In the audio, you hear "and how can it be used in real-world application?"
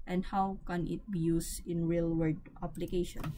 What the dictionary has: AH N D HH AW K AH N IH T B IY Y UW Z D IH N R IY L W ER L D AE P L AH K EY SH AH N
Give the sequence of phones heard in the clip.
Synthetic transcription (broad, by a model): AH N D HH AW K AH N IH T B IY Y UW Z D IH N R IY L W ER D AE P L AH K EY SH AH N